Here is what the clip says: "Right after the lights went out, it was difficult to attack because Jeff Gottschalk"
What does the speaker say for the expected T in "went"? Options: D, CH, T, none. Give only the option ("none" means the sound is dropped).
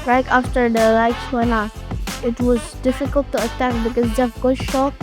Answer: none